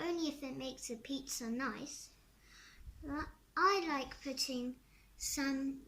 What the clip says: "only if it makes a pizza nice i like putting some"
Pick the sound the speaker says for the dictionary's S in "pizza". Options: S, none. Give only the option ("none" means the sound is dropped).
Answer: S